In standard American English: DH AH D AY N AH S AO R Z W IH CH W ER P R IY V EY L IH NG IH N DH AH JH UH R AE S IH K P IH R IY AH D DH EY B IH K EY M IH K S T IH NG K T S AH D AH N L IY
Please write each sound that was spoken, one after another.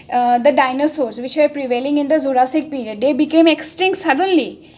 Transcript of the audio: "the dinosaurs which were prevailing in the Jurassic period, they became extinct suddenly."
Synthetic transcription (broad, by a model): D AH D AY N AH S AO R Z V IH CH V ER P R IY V EY L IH NG IH N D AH Z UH R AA S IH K P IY R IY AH D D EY B IH K EY M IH K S T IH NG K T S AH D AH N L IY